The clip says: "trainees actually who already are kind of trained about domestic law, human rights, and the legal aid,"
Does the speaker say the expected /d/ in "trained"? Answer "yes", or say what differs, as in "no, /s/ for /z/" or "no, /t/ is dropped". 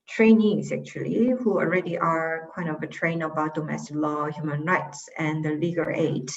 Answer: no, /d/ is dropped